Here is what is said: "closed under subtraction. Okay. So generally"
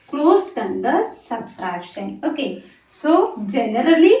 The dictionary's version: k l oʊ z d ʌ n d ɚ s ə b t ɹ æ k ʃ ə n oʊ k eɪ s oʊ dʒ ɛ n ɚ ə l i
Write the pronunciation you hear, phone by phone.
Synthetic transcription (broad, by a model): k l oʊ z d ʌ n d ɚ s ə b s ɹ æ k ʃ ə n oʊ k eɪ s oʊ dʒ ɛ n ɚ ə l i